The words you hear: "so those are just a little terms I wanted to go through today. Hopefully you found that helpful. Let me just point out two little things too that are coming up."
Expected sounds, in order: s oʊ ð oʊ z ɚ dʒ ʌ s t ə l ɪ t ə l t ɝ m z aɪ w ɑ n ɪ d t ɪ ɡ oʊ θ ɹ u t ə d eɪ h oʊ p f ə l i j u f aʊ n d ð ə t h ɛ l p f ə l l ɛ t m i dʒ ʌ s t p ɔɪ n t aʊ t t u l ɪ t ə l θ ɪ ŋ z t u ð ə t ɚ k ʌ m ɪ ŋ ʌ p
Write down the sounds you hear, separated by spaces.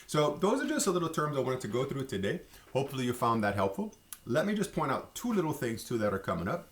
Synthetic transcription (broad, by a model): s oʊ ð oʊ z ɚ dʒ ʌ s t ə l ɪ t l t ɝ m z aɪ w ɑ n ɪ t ɪ ɡ oʊ θ ɹ u t ə d eɪ h oʊ p f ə l i j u f aʊ n ð ə t h ɛ l p f l l ɛ t m i dʒ ʌ s p ɔɪ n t aʊ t t u l ɪ t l θ ɪ ŋ z t u ð ə t ɚ k ʌ m ɪ ŋ ʌ p